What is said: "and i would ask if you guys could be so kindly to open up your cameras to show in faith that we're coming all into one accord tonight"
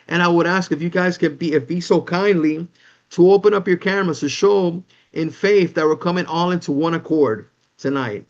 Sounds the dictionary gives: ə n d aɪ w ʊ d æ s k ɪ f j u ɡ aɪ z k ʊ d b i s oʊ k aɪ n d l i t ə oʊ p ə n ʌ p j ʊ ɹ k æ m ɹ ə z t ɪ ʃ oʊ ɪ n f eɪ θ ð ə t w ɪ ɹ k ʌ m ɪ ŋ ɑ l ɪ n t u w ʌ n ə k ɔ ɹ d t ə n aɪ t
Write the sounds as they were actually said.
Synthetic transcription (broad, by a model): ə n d aɪ w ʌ d æ s k ɪ f j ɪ ɡ aɪ z k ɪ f b i s oʊ k aɪ n d l i t ə oʊ p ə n ʌ p j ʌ ɹ k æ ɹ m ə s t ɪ ʃ oʊ ɪ n f eɪ θ ð ə t w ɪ l k ʌ m ɪ ŋ ɑ l ɪ n t u w ʌ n ə k ɔ ɹ d t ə n aɪ t